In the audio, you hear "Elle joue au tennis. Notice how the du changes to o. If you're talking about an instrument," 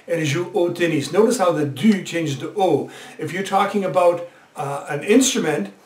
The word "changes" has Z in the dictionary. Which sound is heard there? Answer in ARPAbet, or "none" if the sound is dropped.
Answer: none